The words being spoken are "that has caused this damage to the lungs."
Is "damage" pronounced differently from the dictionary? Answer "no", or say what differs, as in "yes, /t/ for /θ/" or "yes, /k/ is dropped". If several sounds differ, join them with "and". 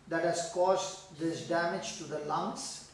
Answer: no